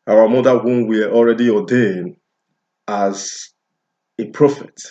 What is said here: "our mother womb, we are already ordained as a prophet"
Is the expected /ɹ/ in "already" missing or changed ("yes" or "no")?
no